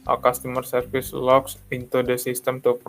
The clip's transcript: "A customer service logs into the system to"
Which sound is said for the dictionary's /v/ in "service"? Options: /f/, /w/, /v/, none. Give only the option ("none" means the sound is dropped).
/f/